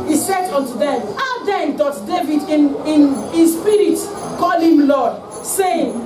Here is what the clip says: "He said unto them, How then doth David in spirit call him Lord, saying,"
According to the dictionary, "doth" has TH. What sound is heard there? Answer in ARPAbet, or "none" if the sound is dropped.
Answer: T